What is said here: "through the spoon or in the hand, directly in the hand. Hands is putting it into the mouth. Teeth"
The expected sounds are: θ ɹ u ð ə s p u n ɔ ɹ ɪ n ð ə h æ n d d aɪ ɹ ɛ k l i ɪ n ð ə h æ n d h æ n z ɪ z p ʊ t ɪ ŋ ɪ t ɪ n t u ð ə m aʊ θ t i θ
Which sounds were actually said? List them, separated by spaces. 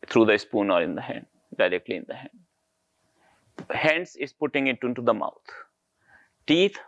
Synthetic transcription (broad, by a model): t ɹ u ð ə s p u n ɔ ɹ ɪ n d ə h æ n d d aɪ ɹ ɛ k l i ɪ n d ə h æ n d h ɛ n s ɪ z p ʊ t ɪ ŋ ɪ t ɪ n t u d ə m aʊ t t i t